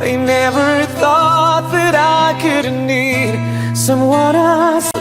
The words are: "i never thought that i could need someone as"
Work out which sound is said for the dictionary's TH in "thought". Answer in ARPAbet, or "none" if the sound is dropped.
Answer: TH